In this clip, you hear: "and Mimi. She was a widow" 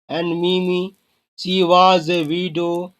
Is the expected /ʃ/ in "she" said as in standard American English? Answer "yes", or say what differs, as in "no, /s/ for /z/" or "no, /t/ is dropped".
no, /s/ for /ʃ/